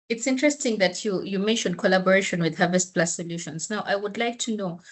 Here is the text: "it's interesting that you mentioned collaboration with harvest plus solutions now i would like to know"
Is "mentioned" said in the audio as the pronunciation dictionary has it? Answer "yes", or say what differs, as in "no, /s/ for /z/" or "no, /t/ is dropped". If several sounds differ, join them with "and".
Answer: yes